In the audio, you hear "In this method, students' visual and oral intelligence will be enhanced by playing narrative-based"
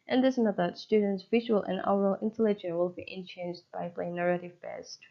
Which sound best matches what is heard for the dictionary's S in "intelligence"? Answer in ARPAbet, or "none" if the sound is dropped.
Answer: none